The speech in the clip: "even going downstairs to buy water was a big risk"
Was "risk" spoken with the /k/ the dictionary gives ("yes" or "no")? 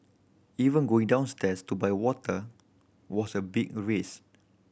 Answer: no